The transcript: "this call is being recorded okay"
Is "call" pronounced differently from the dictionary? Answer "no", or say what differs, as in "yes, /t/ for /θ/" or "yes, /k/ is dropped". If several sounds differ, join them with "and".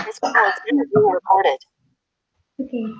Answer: yes, /n/ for /l/